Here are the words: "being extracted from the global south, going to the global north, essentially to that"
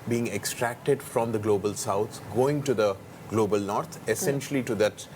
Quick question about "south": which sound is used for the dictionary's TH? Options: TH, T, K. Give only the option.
T